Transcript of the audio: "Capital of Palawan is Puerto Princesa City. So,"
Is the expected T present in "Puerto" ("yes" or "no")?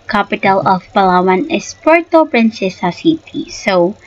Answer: yes